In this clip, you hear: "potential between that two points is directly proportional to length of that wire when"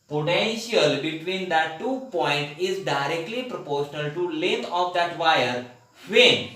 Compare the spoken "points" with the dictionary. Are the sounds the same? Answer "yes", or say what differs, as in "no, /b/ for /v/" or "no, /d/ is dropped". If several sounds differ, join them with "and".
no, /s/ is dropped